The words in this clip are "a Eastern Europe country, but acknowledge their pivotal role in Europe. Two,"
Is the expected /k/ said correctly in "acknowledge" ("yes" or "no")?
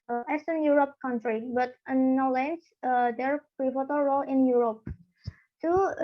no